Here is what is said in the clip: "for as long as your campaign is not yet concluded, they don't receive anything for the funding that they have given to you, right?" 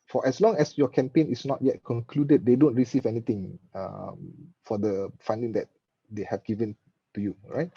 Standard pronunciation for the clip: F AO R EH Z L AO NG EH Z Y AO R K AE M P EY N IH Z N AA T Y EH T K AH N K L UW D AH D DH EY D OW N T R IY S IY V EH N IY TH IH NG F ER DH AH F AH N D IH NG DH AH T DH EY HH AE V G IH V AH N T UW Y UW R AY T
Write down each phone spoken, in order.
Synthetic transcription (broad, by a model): F AO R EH S L AO NG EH S Y AO K AE M P EY N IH S N AA T Y EH T K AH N K L UW D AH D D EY D OW N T R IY S IY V EH N IY T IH NG F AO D AH F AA N D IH NG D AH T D EY HH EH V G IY V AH N T UW Y UW R AY T